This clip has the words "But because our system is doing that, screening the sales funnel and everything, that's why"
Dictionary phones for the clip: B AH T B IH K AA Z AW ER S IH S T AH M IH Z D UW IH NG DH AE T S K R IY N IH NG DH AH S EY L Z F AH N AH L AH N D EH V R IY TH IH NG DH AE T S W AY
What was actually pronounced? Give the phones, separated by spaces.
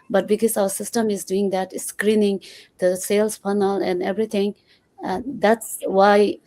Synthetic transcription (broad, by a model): B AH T B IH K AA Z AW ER S IH S T AH M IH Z D UW IH NG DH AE T S K R IY N IH NG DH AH S EY L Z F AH N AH L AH N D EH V R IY T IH NG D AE T S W AY